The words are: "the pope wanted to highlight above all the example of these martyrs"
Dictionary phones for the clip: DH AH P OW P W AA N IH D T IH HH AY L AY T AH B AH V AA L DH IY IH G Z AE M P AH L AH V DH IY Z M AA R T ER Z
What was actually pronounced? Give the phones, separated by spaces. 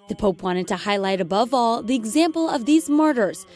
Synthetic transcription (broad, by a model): DH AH P OW P W AA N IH D T IH HH AY L AY T AH B AH V AA L DH IY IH G Z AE M P L AH V DH IY Z M AA R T ER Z